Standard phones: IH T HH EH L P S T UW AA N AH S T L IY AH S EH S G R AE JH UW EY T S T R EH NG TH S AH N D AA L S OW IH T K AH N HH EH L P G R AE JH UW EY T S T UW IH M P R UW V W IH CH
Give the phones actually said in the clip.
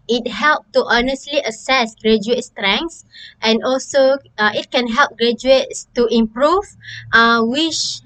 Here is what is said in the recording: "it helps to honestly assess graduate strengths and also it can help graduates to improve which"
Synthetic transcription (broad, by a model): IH T HH EH L P T UW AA N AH S T L IY AH S EH S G R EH JH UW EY T S T R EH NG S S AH N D AA L S OW IH T K AH N HH EH L P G R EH JH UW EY T S T UW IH M P R UW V W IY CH